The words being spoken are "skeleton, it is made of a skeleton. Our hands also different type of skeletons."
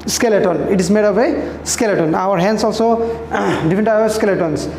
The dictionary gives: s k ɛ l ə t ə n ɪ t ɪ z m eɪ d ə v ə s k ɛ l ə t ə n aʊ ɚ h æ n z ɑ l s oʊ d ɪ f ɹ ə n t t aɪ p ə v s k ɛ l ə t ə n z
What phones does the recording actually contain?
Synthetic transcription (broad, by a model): s k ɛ l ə t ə n ɪ t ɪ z m eɪ d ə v ə s k ɛ l ə t ə n aʊ ɚ h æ n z ɑ l s oʊ d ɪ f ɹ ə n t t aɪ ə s k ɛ l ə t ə n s